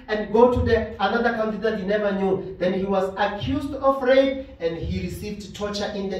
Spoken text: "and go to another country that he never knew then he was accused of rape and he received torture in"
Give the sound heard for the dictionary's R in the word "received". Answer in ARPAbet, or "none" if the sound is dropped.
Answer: R